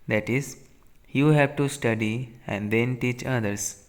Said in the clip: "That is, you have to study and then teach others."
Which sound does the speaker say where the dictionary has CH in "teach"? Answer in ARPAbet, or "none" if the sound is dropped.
CH